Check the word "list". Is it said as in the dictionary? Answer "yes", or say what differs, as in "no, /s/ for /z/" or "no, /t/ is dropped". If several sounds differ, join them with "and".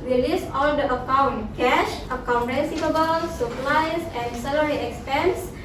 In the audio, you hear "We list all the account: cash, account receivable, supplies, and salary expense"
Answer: no, /t/ is dropped